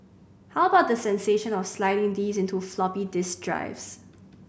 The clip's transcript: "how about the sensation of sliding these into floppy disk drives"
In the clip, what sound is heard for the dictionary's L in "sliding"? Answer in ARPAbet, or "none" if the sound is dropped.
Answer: L